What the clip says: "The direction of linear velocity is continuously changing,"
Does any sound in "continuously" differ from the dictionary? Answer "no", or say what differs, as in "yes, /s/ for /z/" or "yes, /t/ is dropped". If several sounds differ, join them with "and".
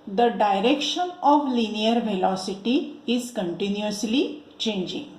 no